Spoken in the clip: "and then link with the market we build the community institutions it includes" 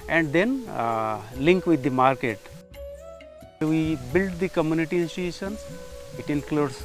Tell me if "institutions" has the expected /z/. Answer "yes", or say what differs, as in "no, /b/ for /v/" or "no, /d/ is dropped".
no, /z/ is dropped